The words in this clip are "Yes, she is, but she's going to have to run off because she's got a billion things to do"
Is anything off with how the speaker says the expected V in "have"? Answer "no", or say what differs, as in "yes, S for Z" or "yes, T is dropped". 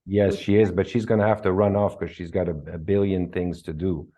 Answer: yes, F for V